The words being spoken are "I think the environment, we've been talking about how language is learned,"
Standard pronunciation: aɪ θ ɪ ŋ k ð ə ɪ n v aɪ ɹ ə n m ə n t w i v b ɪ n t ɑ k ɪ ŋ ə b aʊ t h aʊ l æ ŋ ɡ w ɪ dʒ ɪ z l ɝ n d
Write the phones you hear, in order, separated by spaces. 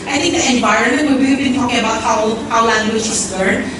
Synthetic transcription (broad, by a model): aɪ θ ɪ ŋ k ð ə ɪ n v aɪ ɹ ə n m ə n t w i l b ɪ l t ɑ k ɪ ŋ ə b aʊ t h aʊ l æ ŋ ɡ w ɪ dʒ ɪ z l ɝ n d